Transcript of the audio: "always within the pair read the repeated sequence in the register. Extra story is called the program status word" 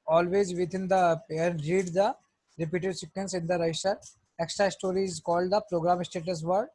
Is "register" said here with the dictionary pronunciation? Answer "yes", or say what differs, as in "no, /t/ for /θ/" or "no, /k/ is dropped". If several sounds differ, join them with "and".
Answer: no, /dʒ/ is dropped